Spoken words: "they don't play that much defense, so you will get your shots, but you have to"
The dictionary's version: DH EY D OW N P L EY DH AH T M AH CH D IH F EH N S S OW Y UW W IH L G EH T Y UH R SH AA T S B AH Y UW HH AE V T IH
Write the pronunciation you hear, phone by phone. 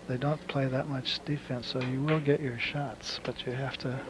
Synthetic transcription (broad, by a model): DH EY D OW N P L EY DH AH T M AH CH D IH F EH N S S OW Y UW W IH L G EH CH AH R SH AA T S B AH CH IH HH AE F T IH